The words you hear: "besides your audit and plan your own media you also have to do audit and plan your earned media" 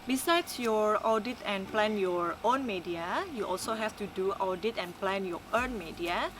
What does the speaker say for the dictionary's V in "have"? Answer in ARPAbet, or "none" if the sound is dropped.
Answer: F